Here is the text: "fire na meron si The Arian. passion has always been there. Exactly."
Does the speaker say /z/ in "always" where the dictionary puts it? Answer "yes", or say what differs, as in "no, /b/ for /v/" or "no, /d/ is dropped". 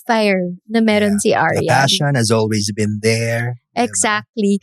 yes